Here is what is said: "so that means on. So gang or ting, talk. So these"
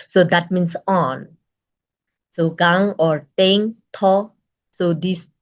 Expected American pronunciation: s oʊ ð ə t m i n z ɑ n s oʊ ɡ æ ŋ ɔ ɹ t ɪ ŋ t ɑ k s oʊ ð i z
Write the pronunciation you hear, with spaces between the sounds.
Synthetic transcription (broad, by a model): s oʊ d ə t m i n s ɑ n s oʊ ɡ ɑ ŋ ɔ ɹ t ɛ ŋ t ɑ s oʊ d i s